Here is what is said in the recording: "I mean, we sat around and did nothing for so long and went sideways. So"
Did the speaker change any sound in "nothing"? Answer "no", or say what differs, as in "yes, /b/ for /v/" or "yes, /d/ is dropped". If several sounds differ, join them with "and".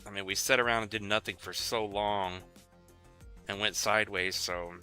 no